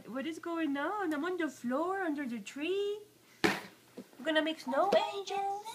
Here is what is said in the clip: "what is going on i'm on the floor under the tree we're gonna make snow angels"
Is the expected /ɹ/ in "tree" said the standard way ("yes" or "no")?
yes